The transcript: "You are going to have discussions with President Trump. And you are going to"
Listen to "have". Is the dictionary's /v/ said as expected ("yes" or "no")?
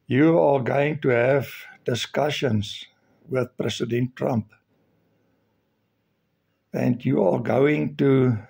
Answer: yes